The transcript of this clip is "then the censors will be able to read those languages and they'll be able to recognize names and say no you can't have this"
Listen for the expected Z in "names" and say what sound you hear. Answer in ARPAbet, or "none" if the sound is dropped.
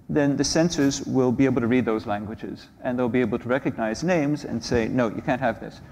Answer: Z